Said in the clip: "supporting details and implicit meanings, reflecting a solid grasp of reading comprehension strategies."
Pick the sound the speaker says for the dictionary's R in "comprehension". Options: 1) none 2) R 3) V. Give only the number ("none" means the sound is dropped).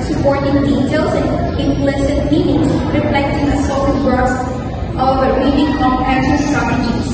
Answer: 1